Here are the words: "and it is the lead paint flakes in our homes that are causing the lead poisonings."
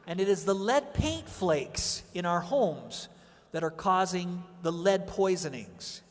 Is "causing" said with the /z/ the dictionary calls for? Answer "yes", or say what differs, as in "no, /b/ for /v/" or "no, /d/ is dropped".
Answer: yes